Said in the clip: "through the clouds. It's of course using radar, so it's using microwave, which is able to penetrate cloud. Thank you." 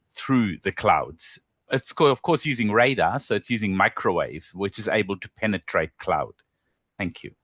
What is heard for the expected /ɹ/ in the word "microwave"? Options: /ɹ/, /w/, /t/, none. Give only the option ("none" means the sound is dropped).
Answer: /ɹ/